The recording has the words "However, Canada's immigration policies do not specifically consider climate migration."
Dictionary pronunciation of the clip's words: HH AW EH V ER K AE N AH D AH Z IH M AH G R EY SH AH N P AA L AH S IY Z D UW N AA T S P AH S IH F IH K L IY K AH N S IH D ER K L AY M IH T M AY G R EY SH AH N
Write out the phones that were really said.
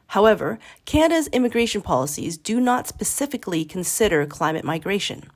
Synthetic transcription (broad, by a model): HH AW EH V ER K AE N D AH Z IH M AH G R EY SH AH N P AA L AH S IY Z D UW N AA T S P AH S IH F IH K L IY K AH N S IH D ER K L AY M IH T M AY G R EY SH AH N